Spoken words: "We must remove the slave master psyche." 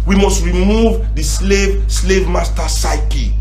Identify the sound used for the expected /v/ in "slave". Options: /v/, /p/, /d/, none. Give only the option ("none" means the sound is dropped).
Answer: /v/